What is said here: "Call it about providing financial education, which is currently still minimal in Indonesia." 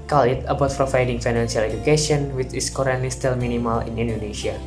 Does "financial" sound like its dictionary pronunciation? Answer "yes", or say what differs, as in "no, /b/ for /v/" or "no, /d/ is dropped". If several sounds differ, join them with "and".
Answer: no, /s/ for /ʃ/